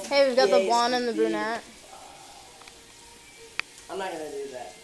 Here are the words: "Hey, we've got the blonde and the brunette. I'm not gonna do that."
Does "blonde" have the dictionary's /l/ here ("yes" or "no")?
no